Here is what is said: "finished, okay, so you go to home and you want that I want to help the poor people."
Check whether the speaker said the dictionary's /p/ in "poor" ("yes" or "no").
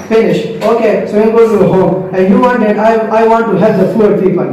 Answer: no